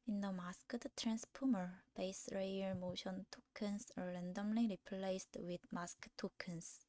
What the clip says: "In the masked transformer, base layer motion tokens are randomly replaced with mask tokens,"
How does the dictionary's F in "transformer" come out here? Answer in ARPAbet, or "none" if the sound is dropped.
P